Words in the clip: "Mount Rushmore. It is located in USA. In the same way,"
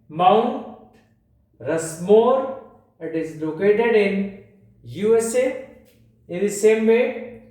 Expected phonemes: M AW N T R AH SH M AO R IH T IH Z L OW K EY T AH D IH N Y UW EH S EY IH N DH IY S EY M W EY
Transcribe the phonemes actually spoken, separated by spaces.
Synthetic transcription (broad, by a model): M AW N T R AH S M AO R IH T IH Z L OW K EY T AH D IH N Y UW EH S EY IH N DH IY S EY M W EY